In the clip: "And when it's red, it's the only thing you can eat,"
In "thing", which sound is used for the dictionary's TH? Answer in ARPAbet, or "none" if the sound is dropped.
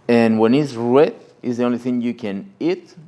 TH